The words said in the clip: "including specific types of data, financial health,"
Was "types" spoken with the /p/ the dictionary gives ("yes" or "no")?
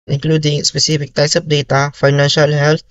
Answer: no